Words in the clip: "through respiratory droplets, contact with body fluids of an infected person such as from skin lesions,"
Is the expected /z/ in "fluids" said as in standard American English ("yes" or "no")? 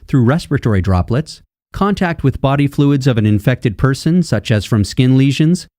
yes